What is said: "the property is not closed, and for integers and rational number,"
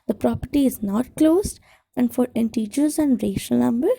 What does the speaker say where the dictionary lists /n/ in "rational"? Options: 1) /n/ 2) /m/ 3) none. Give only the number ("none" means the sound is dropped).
3